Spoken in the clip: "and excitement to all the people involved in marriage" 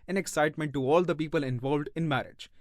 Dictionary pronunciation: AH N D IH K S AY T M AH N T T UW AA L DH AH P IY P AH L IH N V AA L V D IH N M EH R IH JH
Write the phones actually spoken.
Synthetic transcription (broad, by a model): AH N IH K S AY T M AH N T T UW AA L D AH P IY P AH L IH N V AA L V D IH N M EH R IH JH